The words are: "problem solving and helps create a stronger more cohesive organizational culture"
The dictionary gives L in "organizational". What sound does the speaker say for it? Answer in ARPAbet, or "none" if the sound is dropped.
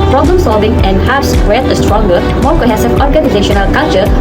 L